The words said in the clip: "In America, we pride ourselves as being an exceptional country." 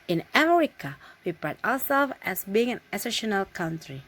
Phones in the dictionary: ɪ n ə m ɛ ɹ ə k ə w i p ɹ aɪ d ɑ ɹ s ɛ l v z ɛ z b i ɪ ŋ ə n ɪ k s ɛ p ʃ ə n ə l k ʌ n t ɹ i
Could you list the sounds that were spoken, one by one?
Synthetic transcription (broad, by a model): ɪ n ə m ɛ ɹ ə k ə w i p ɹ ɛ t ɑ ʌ s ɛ l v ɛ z b i ɪ ŋ ə n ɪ s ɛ ʃ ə n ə l k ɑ n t ɹ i